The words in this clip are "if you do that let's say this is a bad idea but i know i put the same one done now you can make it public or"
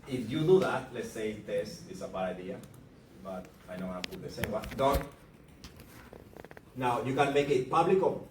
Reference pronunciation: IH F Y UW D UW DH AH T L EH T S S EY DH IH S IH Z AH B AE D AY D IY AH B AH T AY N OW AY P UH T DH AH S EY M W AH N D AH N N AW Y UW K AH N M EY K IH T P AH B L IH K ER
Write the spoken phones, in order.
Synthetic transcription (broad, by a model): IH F Y UW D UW DH AH T L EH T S S EY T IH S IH S AH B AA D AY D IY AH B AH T AY N OW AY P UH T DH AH S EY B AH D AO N N AW Y UW K AH N M EY K IH T P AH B L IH K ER